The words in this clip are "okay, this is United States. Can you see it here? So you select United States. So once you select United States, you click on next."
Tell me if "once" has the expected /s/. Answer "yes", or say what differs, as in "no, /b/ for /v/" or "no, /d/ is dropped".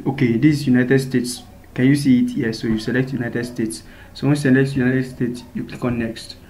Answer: no, /s/ is dropped